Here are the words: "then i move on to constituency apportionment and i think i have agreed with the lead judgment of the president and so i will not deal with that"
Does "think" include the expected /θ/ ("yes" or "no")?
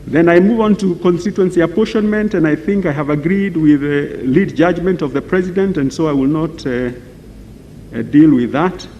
yes